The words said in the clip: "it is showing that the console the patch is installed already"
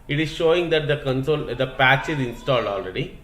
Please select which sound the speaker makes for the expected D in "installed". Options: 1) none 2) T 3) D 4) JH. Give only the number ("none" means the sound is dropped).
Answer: 3